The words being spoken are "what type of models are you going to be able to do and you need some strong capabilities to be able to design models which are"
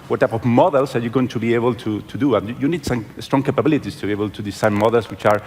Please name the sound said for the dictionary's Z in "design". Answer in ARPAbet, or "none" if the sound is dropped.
S